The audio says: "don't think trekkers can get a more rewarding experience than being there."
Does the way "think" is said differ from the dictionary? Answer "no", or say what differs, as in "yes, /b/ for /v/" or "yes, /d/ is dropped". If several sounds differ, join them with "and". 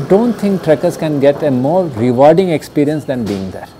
yes, /t/ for /θ/